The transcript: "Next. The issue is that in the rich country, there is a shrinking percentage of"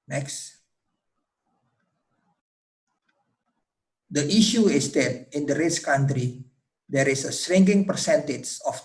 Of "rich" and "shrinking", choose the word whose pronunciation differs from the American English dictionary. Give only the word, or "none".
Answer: shrinking